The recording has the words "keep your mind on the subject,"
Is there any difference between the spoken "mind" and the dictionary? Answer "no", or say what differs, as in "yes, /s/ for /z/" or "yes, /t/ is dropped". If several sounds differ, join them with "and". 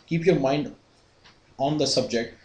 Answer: no